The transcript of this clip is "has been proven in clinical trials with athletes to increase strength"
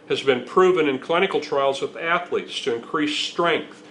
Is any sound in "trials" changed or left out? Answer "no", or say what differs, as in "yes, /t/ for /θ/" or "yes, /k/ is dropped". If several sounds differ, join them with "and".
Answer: no